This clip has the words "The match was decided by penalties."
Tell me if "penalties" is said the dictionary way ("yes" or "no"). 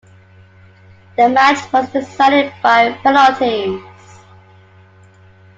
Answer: no